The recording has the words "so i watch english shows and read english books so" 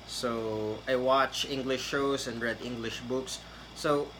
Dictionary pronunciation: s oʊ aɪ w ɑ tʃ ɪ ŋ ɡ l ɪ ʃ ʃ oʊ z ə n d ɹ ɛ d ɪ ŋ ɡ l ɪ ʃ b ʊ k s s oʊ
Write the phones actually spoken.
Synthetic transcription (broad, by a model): s oʊ aɪ w ɑ tʃ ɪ ŋ ɡ l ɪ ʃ ʃ oʊ s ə n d ɹ ɛ d ɪ ŋ ɡ l ɪ ʃ b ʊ k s s oʊ